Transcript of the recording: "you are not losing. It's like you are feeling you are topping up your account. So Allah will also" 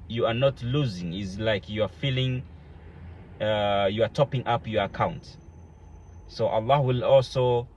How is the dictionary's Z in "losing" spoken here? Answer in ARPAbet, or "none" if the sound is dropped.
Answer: Z